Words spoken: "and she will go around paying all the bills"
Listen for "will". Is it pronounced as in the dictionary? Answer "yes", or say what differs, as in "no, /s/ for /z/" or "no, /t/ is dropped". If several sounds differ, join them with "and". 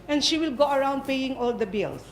yes